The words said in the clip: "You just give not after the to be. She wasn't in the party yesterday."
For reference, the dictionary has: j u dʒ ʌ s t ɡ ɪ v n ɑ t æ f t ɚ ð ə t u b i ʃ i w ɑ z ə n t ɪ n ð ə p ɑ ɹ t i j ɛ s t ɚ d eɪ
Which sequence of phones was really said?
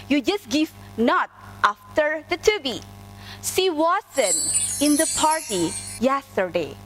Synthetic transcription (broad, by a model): j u dʒ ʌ s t ɡ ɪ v n ɑ t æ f t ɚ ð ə t u b i s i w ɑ s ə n ɪ n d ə p ɑ ɹ t i j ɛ s t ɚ d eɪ